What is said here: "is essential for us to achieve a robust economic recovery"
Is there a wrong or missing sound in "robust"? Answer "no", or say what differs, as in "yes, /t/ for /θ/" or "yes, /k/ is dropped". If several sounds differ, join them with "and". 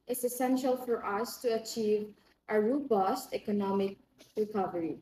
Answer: no